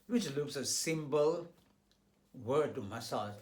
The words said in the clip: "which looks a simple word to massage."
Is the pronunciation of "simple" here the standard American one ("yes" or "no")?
no